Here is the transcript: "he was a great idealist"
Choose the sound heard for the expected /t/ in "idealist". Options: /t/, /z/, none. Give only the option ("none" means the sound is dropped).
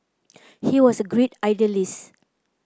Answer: none